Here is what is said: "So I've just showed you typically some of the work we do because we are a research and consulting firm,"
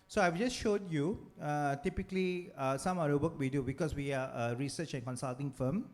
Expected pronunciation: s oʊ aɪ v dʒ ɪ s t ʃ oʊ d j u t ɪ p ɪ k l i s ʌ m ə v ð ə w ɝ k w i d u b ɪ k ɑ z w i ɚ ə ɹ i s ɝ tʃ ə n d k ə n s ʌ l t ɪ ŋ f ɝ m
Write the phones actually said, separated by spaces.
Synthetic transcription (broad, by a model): s oʊ aɪ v dʒ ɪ s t ʃ oʊ d j u t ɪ p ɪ k l i s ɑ m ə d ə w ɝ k w i d u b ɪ k ɑ s w i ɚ ə ɹ i s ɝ tʃ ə n k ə n s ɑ l t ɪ ŋ f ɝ m